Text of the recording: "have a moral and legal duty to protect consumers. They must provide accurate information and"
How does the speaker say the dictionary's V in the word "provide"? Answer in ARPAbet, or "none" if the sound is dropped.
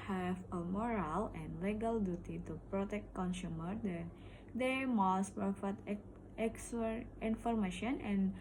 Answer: F